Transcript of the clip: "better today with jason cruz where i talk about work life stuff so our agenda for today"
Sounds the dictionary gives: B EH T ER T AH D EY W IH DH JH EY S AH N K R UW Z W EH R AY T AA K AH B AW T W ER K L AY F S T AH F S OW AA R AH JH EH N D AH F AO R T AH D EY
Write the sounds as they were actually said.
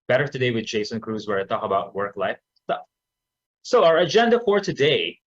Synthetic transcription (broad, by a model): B EH T ER T AH D EY W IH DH JH EY S AH N K R UW Z W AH R AY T AA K AH B AW T W ER K L AY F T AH S OW AA R AH JH EH N D AH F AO R T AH D EY